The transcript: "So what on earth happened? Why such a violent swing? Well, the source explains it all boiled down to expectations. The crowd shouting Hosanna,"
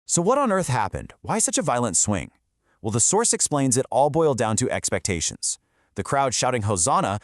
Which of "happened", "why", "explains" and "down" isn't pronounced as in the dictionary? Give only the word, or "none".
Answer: none